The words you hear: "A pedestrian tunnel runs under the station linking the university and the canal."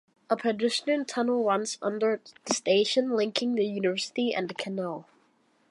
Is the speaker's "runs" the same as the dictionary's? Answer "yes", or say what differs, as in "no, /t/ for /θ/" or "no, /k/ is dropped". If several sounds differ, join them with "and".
no, /w/ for /ɹ/